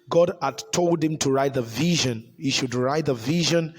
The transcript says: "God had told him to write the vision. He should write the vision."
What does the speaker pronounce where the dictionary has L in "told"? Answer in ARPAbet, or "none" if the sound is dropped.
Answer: L